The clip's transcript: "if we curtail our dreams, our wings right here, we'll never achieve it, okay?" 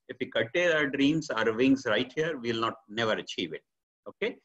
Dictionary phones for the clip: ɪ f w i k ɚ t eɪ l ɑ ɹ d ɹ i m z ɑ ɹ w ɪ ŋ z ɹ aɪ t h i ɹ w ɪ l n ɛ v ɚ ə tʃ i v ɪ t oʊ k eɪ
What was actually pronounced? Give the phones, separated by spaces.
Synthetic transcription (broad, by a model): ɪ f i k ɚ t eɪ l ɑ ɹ d ɹ i m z ɑ ɹ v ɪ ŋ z ɹ aɪ t h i ɹ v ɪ l n ɛ v ɚ ə tʃ i v ɪ t oʊ k eɪ